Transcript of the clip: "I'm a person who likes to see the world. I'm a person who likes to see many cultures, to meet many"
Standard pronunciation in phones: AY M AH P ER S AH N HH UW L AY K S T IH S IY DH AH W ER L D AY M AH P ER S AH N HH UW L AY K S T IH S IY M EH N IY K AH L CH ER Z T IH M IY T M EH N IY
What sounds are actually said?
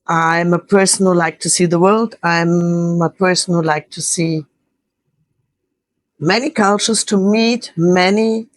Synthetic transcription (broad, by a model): AY M AH P ER S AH N HH UW L AY K T IH S IY DH AH W ER L D AY M AH P ER S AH N HH UW L AY K T IH S IY M EH N IY K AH L CH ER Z T IH M IY T M EH N IY